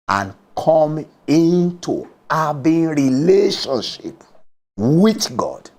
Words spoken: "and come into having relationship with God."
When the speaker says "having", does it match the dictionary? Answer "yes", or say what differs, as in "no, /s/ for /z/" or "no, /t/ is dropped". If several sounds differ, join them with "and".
no, /b/ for /v/